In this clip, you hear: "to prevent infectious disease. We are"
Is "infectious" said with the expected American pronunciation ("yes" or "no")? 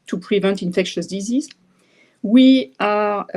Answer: yes